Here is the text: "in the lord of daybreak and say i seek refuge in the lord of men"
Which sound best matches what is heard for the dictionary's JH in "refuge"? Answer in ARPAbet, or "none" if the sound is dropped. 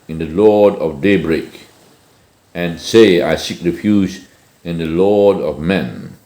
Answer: Z